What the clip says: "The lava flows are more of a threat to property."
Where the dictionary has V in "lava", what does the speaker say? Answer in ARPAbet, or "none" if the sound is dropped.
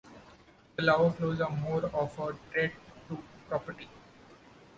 none